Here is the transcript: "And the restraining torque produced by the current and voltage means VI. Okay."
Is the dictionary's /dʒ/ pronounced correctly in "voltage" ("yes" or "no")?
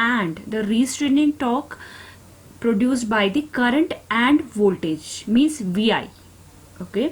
yes